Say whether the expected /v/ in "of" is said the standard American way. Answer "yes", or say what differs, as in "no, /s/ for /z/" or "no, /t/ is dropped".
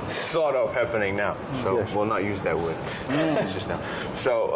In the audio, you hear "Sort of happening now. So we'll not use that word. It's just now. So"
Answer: no, /p/ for /v/